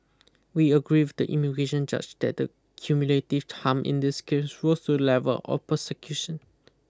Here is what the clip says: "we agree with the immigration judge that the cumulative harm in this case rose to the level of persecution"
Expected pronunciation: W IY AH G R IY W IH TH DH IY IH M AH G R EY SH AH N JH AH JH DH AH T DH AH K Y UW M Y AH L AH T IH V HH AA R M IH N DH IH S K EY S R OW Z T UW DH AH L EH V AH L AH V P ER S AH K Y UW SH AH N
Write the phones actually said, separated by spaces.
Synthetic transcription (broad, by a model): W IY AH G R IY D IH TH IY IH M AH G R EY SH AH N JH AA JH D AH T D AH K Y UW M Y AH L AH T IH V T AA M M IH N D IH S K EY S W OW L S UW L EH V AH L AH P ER S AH K Y UW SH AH N